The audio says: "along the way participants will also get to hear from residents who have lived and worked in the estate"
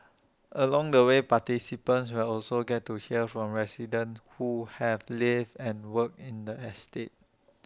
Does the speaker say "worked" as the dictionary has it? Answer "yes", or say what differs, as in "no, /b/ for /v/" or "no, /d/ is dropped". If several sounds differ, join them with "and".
no, /t/ is dropped